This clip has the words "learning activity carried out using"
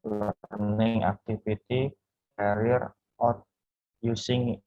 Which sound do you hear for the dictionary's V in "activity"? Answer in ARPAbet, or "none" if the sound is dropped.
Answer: F